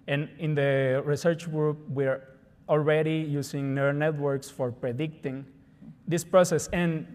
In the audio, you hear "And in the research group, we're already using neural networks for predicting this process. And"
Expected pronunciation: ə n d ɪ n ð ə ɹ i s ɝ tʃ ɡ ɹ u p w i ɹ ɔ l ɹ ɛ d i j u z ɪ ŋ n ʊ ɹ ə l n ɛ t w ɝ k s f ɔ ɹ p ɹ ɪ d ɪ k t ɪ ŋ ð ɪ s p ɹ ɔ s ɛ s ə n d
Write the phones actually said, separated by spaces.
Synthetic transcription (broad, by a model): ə n ɪ n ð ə ɹ i s ɝ tʃ ɡ ɹ u p w i ɹ ɔ l ɹ ɛ d i j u s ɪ ŋ n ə n ɛ t w ɝ k s f ɔ ɹ p ɹ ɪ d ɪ k t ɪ ŋ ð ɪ s p ɹ ɔ s ɛ s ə n